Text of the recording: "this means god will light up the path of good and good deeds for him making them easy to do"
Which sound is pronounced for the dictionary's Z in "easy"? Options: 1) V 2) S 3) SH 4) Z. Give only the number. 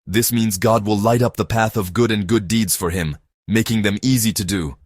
4